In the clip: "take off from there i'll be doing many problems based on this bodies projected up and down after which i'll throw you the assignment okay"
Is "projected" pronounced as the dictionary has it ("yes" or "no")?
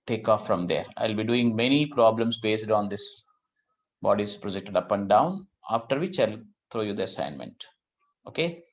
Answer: yes